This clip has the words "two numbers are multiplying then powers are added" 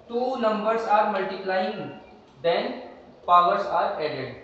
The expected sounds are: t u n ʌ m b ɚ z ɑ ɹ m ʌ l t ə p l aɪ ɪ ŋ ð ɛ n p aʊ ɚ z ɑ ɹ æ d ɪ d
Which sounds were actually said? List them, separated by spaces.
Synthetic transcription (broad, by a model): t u n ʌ m b ɚ s ɑ ɹ m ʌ l t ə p l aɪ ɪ ŋ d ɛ n p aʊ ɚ s ɑ ɹ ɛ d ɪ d